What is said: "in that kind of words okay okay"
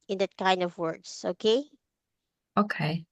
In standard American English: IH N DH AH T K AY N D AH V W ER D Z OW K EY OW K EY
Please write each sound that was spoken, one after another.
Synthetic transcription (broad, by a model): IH N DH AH T K AY N D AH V W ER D S OW K EY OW K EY